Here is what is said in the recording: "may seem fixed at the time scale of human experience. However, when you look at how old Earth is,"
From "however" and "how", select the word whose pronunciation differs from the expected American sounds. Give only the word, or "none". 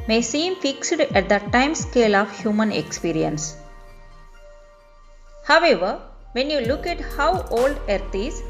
none